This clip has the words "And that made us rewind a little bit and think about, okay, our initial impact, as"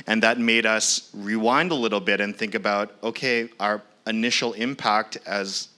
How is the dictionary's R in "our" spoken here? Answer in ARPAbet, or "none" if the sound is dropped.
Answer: R